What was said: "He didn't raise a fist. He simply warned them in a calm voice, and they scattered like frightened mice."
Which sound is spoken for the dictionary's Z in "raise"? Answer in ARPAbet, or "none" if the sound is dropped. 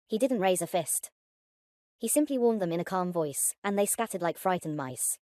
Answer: Z